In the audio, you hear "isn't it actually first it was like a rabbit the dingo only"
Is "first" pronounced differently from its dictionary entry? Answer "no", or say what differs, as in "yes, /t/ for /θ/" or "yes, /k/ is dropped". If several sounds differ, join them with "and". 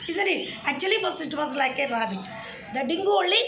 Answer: yes, /t/ is dropped